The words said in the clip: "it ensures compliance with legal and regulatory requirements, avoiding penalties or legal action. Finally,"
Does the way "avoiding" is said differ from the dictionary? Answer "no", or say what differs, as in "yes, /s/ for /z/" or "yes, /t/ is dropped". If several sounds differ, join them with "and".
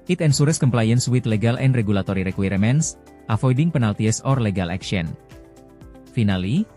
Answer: yes, /f/ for /v/